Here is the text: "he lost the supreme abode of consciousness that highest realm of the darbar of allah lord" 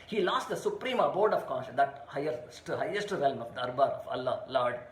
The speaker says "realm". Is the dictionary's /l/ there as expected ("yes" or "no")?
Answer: yes